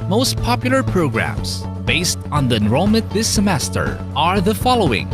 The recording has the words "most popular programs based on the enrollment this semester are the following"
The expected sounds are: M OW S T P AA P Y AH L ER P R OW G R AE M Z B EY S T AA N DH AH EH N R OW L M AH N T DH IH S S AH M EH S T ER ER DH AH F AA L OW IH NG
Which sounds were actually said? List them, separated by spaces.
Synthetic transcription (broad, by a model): M OW S T P AA P Y L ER P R OW G R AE M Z B EY S T N DH AH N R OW M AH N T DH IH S S AH M EH S T ER ER DH AH F AA L OW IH NG